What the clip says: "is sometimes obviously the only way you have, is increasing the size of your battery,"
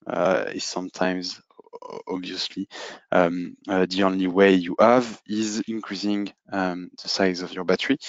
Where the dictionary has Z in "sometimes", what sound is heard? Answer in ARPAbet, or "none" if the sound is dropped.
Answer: Z